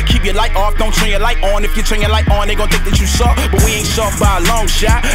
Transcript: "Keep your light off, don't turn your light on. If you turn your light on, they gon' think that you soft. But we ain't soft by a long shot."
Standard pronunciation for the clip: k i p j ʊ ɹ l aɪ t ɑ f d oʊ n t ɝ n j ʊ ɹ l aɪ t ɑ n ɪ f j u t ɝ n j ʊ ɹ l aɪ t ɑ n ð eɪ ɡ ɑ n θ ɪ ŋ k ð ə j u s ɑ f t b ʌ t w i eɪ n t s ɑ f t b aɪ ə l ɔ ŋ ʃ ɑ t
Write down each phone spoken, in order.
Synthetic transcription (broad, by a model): k i p j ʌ ɹ l aɪ t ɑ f d oʊ n t ɝ n j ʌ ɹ l aɪ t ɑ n ɪ f j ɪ t ɝ n j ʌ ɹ l aɪ t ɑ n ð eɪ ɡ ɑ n t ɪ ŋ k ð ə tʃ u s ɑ b ʌ t w i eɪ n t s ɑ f b aɪ ə l ɔ ŋ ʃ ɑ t